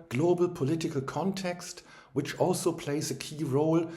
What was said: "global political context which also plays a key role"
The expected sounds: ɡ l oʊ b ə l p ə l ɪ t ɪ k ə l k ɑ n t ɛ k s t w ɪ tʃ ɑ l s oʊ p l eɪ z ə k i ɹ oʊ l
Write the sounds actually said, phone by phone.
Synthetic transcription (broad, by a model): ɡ l oʊ b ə l p ə l ɪ t ɪ k ə l k ɑ n t ɛ k s t w ɪ tʃ ɑ l s oʊ p l eɪ z ə k i ɹ oʊ l